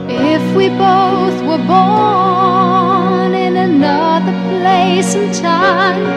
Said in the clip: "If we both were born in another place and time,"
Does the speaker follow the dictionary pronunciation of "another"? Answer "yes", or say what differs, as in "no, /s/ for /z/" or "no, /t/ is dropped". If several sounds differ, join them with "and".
yes